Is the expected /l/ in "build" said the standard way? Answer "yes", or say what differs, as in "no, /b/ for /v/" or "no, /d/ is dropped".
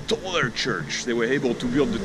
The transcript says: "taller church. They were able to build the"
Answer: yes